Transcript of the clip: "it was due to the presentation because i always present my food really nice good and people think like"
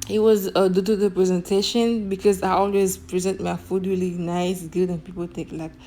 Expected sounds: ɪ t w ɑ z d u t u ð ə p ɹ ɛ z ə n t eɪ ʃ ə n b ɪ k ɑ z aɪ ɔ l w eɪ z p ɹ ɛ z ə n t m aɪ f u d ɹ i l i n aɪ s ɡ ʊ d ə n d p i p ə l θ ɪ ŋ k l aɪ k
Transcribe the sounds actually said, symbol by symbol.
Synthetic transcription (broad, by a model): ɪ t w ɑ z d u t u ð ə p ɹ ɛ z ə n t eɪ ʃ ə n b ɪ k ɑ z aɪ ɔ l w eɪ z p ɹ ɛ z ə n t m aɪ f u d ɹ i l i n aɪ s ɡ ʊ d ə n p i p ə l t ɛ k l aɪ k